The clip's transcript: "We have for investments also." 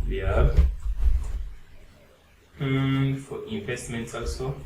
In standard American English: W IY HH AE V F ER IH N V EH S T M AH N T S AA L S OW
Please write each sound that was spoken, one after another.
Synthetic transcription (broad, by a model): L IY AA B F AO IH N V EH S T M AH N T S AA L S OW